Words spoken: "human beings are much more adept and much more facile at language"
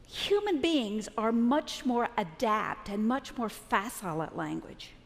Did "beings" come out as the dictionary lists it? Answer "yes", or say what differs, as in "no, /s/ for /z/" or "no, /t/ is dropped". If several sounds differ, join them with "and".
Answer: yes